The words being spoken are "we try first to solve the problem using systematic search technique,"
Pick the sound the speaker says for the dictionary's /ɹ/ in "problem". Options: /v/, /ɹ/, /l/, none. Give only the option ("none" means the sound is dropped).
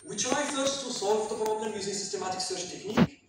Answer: /ɹ/